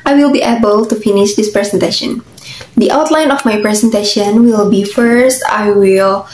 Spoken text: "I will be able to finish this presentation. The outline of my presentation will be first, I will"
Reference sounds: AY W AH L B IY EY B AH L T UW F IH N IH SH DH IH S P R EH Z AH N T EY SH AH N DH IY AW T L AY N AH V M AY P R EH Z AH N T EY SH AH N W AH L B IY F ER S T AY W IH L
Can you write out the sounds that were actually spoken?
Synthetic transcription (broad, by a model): AY W AH L B IY EY B AH L T UW F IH N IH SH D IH S P R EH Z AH N T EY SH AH N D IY AW T L AY N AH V M AY P R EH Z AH N T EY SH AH N W AH L B IY F ER S T AY W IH L